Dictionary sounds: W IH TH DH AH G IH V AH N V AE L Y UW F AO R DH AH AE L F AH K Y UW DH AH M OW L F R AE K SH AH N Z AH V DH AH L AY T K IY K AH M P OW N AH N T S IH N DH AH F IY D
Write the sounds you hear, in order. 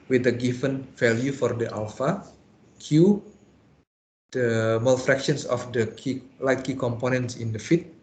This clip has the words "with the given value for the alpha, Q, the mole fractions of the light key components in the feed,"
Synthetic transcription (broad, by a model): W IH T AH G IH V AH N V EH L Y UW F AO R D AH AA L F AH K Y UW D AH M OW L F R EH K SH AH N S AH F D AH L AY T K IY K AH M P OW N AH N T S IH N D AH F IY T